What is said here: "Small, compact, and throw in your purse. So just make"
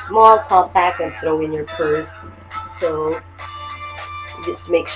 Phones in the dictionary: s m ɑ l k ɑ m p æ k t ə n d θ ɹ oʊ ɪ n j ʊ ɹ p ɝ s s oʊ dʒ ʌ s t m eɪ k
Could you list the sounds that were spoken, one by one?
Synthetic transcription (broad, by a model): m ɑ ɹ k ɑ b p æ k ə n θ ɹ oʊ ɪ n j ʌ ɹ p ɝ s s oʊ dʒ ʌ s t m eɪ k